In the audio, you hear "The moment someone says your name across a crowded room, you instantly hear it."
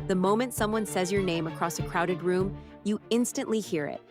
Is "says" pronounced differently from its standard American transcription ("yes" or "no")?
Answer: no